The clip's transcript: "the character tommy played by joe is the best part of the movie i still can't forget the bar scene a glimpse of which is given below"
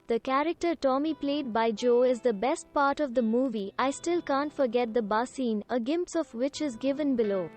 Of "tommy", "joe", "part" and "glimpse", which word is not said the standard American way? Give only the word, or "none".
glimpse